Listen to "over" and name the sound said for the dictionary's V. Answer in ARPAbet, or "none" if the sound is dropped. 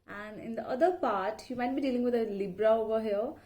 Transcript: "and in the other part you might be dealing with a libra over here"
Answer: B